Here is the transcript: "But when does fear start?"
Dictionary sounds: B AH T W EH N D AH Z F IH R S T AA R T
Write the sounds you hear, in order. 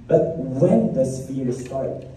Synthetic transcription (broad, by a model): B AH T W EH N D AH S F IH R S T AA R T